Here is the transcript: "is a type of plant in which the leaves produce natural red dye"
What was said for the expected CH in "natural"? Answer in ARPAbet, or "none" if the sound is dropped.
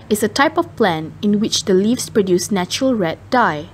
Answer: CH